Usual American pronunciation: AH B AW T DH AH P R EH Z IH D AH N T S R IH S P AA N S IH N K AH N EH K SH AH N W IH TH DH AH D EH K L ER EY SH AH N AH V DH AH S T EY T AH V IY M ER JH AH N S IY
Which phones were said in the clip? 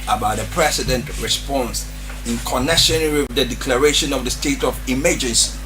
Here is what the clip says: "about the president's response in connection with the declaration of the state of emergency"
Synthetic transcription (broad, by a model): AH B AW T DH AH P R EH S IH D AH N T R IH S P AA N S IH N K AH N EH K SH AH N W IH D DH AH D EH K L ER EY SH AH N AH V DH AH S T EY T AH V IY M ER JH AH N S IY